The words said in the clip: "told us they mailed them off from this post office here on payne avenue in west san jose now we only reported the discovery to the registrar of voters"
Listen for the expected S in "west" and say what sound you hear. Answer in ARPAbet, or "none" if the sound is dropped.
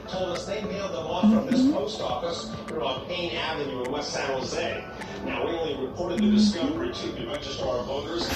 none